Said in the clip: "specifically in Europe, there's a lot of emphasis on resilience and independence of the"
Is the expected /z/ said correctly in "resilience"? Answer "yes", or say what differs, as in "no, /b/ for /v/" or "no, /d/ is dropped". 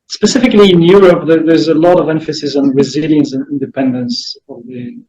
yes